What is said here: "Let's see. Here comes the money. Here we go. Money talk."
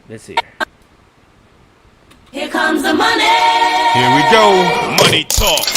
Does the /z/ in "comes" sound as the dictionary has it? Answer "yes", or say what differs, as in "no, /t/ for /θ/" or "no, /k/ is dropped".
yes